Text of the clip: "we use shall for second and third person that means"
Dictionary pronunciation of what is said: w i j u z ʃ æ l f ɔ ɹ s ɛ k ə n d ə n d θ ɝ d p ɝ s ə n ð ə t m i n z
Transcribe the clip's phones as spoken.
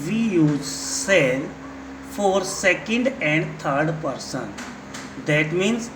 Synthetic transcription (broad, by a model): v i j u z s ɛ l f ɔ ɹ s ɛ k ə n d ə n d t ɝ d p ɝ s ə n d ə t m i n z